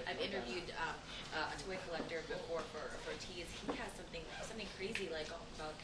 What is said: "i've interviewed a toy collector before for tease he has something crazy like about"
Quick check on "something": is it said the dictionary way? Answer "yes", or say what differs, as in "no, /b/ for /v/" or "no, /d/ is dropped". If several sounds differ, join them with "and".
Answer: yes